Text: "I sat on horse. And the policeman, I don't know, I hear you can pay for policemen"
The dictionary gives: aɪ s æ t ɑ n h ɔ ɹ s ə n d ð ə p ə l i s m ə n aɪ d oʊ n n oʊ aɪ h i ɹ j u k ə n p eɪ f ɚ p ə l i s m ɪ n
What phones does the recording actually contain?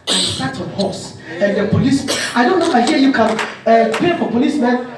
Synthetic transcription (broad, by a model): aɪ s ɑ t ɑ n h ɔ s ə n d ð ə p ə l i s ə ɪ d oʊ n n oʊ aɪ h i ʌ j u k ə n p eɪ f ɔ p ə l i s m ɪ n